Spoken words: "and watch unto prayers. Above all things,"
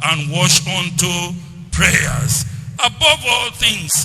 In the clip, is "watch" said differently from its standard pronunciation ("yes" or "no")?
yes